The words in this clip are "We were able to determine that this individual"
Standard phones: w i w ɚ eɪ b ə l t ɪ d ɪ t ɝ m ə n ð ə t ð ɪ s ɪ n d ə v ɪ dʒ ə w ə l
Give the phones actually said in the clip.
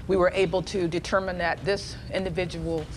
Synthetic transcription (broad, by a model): w i w ɚ eɪ b l t ɪ d ɪ t ɝ m ə n ð ə t ð ɪ s ɪ n d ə v ɪ dʒ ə w l